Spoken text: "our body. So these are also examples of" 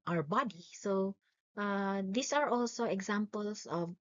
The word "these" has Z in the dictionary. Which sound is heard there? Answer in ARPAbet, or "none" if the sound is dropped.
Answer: S